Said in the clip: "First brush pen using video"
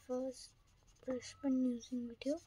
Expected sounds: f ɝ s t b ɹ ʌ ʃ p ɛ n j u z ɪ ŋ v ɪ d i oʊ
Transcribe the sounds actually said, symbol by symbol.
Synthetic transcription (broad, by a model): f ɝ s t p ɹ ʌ s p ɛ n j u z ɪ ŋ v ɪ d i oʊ